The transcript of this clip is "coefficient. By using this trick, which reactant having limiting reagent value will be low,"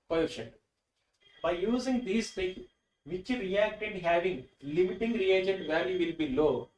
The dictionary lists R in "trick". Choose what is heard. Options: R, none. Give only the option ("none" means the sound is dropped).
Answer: none